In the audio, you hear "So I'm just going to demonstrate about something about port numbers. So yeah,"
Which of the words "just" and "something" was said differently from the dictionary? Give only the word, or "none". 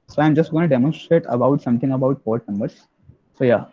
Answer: something